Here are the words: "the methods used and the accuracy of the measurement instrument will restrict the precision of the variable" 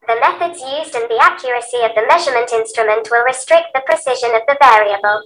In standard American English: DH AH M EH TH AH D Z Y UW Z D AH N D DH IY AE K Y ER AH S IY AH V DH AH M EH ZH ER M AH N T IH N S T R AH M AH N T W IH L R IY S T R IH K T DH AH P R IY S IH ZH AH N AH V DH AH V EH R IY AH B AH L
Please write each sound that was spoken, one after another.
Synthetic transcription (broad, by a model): DH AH M EH TH AH D Z Y UW Z D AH N DH IY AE K Y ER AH S IY AH V DH AH M EH ZH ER M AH N T IH N S T R AH M AH N T W IH L R IY S T R IH K T DH AH P R IY S IH ZH AH N AH V DH AH V EH R IY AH B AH L